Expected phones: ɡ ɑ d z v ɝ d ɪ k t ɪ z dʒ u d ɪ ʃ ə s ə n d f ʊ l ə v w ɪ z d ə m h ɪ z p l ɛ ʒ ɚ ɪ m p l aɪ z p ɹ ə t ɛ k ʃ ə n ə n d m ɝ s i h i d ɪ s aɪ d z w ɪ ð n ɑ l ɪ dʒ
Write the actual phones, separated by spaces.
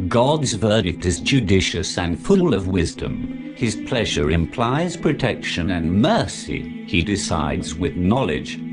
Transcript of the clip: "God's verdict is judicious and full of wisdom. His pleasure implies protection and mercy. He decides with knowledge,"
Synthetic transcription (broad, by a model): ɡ ɑ d z v ɝ d ɪ k t ɪ z dʒ u d ɪ ʃ ə s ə n f ʊ l ə v w ɪ z d ə m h ɪ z p l ɛ ʒ ɚ ɪ m p l aɪ z p ɹ ə t ɛ k ʃ ə n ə n m ɝ s i i d ɪ s aɪ d z w ɪ ð n ɑ l ɪ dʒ